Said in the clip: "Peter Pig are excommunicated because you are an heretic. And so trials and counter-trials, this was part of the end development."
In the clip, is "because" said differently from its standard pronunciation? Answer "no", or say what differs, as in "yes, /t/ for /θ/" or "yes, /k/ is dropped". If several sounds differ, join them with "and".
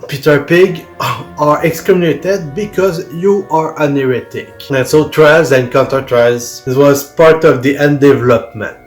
no